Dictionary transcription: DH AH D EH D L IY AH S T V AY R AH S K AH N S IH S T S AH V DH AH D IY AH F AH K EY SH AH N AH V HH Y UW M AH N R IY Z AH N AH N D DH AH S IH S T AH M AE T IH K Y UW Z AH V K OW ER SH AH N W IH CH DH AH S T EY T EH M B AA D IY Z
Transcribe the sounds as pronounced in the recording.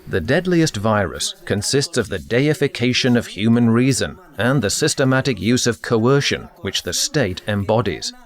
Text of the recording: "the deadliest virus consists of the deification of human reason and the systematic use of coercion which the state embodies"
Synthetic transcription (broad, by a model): DH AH D EH D L IY AH S T V AY R AH S K AH N S IH S T S AH V DH AH D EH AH F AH K EY SH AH N AH V HH Y UW M AH N R IY Z AH N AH N DH AH S IH S T AH M AE T IH K Y UW Z AH V K OW ER SH AH N W IH CH DH AH S T EY T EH M B AA D IY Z